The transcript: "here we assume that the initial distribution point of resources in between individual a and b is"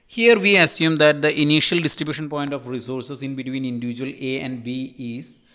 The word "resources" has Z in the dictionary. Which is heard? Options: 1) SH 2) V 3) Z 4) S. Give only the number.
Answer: 4